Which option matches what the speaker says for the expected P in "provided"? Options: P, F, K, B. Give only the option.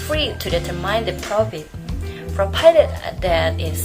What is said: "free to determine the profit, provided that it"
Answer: F